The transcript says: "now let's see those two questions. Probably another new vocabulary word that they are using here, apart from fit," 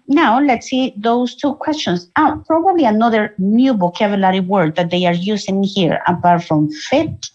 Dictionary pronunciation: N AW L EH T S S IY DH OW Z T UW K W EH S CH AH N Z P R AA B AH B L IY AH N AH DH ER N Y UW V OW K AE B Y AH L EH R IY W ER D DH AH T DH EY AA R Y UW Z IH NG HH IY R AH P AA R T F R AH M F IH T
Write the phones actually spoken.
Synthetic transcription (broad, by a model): N AW L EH T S S IY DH OW S T UW K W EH S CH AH N S P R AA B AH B L IY AH N AH DH ER N Y UW B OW K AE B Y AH L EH R IY W ER D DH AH T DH EY AA R Y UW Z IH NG HH IY R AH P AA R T F R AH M F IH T